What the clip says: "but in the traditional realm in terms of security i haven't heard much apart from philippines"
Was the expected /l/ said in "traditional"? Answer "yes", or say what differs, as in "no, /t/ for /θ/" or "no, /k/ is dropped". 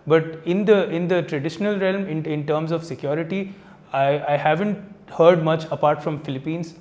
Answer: yes